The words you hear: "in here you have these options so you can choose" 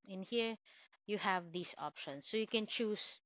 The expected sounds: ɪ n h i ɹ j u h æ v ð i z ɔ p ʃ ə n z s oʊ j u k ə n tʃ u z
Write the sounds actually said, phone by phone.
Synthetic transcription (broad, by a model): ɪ n h i ɹ j u h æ v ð i s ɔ p ʃ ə n s oʊ j u k ə n tʃ u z